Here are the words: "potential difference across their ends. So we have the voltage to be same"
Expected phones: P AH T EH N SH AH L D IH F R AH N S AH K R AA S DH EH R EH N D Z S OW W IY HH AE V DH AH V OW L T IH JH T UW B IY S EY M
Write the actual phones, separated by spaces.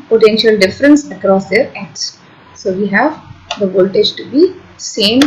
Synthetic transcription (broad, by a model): P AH T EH N SH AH L D IH F R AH N S AH K R AA S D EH R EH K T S S OW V IY HH AE V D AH V OW L T IH JH T UW B IY S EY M